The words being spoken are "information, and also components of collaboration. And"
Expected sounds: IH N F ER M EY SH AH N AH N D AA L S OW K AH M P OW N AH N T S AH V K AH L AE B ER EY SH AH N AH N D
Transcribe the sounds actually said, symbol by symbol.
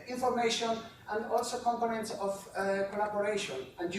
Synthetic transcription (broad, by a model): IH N F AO M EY SH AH N AH N D AA L S OW K AH M P OW N AH N T S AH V K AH L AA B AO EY SH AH N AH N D